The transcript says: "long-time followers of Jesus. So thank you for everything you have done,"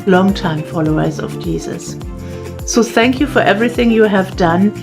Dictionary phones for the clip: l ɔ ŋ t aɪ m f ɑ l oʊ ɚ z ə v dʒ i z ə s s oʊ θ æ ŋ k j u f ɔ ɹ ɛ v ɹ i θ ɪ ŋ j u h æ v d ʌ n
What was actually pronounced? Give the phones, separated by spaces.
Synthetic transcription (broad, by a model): l ɔ ŋ t aɪ m f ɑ l oʊ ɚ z ə v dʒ i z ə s s oʊ θ æ ŋ k j u f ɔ ɹ ɛ v ɹ i θ ɪ ŋ j u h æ v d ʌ n